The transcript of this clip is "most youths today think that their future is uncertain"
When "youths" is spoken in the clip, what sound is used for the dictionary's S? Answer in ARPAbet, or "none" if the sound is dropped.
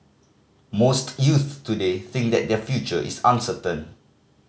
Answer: none